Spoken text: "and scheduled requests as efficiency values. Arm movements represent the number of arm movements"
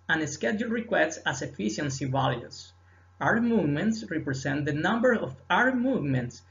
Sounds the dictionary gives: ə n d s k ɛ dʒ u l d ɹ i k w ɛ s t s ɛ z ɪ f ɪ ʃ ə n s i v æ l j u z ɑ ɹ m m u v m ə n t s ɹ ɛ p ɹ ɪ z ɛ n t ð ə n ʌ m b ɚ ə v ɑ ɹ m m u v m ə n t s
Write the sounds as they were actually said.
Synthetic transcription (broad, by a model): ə n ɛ s k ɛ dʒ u l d ɹ i k w ɛ s t s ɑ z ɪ f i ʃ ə n s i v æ l j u s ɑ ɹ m m u v m ə n t s ɹ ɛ p ɹ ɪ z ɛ n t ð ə n ʌ m b ɚ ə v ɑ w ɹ m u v m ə n t s